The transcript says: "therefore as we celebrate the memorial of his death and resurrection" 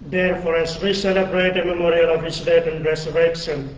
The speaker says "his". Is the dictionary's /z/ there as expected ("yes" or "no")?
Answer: no